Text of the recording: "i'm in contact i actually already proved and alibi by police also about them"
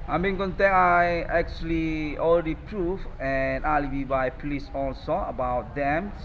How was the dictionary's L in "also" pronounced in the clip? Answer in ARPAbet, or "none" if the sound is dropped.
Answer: L